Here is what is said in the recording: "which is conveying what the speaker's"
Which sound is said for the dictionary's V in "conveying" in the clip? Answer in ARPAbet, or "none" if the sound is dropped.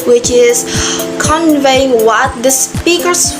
V